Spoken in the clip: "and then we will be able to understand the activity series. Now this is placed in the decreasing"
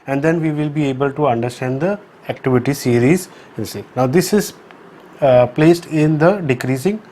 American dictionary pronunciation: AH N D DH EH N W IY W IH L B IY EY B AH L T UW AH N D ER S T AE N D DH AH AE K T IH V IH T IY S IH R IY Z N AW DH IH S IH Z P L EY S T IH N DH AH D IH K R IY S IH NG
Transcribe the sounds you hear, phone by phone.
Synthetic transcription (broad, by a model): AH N D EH N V IY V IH L B IY EY B AH L T UW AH N D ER S T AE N D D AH AE K T IH V IH T IY S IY R IY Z N AW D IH S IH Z P L EY S T IH N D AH D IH K R IY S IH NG